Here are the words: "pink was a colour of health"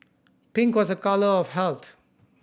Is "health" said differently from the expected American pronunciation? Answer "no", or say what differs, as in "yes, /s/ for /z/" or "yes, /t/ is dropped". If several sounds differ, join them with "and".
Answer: yes, /t/ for /θ/